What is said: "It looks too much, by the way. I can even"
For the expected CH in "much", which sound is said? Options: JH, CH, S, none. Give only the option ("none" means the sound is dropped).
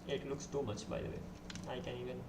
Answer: CH